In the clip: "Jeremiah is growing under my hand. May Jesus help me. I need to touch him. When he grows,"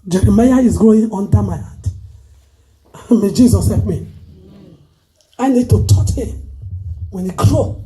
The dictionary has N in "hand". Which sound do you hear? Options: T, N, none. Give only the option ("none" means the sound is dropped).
none